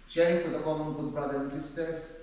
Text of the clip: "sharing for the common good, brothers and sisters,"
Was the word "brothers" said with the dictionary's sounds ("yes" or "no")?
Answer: no